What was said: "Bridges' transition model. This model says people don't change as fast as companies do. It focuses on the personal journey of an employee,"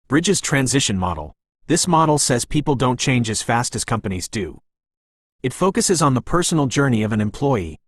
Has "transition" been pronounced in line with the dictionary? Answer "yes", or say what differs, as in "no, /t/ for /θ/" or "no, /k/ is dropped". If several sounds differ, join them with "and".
yes